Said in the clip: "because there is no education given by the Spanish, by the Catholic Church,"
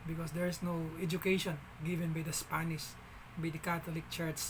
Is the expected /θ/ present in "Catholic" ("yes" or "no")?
no